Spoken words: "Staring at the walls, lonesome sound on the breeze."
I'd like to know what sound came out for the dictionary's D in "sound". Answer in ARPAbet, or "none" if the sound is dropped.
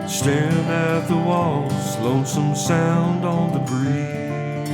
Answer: D